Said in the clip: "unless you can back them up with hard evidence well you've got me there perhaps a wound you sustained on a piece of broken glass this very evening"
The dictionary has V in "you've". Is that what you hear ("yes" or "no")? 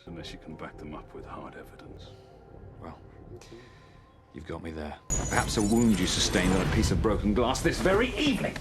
yes